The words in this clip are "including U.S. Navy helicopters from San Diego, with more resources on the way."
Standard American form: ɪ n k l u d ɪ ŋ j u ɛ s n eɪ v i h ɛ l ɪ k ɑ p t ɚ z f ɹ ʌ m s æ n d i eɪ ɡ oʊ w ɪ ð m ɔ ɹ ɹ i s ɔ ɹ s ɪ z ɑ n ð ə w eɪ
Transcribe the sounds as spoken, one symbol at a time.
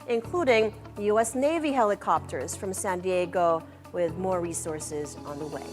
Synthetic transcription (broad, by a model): ɪ n k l u d ɪ ŋ j u ɛ s n eɪ v i h ɛ l ɪ k ɑ p t ɚ z f ɹ ʌ m s æ n d i eɪ ɡ oʊ w ɪ ð m ɔ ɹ ɹ i s ɔ ɹ s ɪ z n ð ə w eɪ